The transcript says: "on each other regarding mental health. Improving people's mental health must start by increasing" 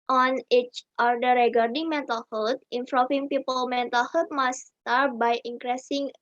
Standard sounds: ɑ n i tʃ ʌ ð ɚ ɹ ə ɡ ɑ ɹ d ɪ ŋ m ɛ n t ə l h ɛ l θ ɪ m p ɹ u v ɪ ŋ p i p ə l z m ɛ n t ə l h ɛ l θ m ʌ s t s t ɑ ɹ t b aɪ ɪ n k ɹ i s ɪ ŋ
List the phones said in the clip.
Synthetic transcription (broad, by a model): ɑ n i tʃ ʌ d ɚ ɹ ə ɡ ɑ ɹ d ɪ ŋ m ɛ n t ə l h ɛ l t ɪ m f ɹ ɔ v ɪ ŋ p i p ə l m ɛ n t ə l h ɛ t m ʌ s s t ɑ ɹ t b aɪ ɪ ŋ k ɹ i s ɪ ŋ